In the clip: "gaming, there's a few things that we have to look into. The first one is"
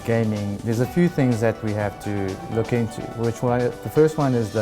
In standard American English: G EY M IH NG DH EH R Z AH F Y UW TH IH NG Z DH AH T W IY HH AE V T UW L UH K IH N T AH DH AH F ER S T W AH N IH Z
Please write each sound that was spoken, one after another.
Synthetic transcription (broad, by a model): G EY M IH NG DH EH R Z AH F Y UW TH IH NG Z DH AH T W IY HH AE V T UW L UH K IH N T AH DH AH F ER S T W AH N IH Z